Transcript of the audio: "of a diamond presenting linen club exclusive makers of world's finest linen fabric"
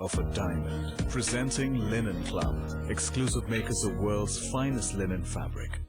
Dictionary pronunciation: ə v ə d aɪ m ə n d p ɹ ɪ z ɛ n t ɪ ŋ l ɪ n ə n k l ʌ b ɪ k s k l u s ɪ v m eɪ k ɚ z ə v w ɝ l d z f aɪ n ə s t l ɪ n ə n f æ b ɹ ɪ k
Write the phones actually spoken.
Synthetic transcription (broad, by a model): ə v ə d aɪ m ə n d p ɹ ɪ z ɛ n t ɪ ŋ l ɪ n ə n k l ʌ b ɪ k s k l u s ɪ v m eɪ k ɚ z ə v w ɝ l d z f aɪ n ə s t l ɪ n ə n f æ b ɹ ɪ k